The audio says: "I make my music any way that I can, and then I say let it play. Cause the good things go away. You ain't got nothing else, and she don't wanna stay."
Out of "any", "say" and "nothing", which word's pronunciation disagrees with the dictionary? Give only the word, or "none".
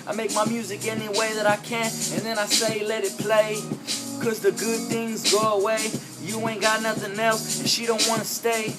none